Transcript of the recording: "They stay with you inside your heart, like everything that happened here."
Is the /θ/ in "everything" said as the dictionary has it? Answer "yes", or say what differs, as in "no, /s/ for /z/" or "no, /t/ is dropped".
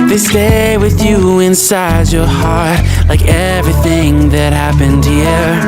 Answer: yes